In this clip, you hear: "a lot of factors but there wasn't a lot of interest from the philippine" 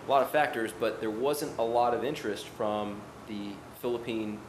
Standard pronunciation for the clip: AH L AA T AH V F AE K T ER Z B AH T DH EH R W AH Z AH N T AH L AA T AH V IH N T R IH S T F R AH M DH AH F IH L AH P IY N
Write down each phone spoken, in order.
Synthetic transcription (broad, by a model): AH L AA T AH V F AE K T ER Z B AH T DH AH R W AH Z AH N T AH L AA T AH V IH N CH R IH S T F R AH M DH AH F IH L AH P IY N